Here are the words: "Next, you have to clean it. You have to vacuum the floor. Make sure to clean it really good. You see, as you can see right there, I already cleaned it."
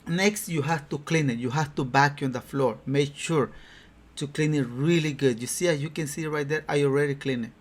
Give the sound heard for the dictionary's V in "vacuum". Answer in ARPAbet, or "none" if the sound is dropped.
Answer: B